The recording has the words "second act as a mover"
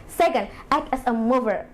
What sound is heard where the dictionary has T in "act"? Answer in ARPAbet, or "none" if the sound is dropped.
none